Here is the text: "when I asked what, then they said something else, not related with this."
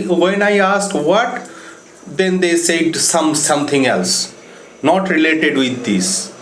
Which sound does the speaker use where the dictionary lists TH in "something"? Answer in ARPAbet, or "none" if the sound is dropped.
T